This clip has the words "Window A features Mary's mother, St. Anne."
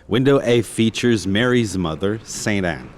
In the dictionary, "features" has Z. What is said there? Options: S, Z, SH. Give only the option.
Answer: Z